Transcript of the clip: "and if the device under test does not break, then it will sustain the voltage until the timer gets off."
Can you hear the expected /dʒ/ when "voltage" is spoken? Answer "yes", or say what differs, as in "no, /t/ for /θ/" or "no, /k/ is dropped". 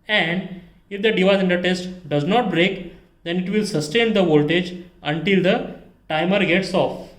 yes